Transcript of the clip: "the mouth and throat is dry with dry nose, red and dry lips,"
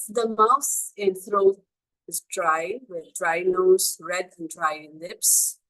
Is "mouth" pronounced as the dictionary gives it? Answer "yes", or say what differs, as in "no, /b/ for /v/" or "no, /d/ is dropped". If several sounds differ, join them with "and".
no, /s/ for /θ/